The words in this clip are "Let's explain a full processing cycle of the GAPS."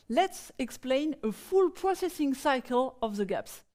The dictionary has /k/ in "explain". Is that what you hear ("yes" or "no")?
yes